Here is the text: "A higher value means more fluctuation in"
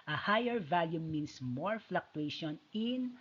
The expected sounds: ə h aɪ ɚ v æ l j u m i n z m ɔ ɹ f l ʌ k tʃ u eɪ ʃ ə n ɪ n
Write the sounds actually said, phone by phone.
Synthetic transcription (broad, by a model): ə h aɪ ɚ v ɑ l j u m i n s m ɔ ɹ f l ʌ k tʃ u eɪ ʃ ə n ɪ n